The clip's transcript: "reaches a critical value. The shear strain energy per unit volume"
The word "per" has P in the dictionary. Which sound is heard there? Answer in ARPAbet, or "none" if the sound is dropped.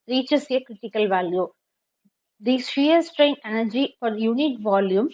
F